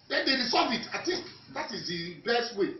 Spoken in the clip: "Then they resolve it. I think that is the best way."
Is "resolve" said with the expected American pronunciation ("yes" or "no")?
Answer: no